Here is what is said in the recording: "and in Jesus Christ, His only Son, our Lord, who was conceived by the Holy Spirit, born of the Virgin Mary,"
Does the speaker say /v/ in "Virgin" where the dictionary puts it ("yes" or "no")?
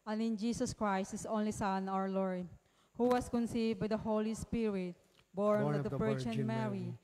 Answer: no